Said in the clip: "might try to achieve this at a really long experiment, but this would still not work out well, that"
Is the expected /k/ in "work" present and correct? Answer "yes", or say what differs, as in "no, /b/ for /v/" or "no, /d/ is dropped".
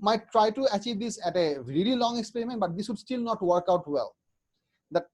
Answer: yes